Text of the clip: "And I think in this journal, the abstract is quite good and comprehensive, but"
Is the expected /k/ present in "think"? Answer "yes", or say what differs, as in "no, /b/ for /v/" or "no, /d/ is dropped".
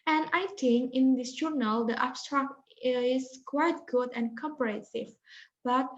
no, /k/ is dropped